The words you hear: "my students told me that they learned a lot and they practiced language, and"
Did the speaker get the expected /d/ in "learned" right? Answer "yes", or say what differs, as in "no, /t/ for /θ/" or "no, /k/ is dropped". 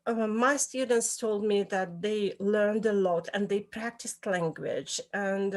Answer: yes